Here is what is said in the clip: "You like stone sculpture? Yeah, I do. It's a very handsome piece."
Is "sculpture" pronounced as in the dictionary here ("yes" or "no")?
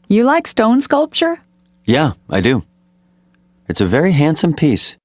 yes